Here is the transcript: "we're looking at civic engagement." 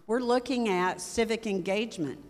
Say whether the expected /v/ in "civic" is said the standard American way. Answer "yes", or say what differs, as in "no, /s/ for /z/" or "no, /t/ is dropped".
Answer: yes